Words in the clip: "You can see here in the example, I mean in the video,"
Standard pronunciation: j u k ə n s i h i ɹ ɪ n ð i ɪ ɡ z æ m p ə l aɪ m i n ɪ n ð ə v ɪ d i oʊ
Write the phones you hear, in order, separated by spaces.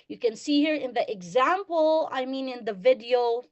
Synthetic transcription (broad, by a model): j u k ə n s i h i ɹ ɪ n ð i ɪ ɡ z æ m p ə l aɪ m i n ɪ n ð ə v ɪ d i oʊ